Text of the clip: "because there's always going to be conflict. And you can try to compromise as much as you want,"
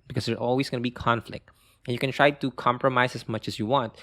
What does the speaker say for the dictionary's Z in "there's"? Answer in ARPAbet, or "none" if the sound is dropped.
none